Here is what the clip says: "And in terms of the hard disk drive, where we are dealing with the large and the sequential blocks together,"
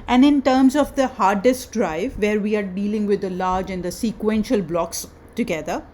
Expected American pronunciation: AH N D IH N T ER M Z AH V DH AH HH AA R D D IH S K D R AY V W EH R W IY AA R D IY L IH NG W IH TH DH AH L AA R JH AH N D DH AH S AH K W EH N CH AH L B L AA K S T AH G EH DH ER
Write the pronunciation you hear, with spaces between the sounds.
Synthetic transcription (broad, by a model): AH N D IH N T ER M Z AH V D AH HH AA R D D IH S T D R AY V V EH R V IY AA R D IY L IH NG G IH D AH L AA R JH AH N D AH S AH K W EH N SH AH L B L AA K S T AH G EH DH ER